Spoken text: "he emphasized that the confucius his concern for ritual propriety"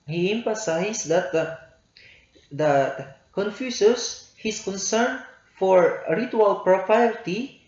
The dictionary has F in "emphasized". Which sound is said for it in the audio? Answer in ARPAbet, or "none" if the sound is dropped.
P